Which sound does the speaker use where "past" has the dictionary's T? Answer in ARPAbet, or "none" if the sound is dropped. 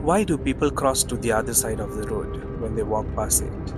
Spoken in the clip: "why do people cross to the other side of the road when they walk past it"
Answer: none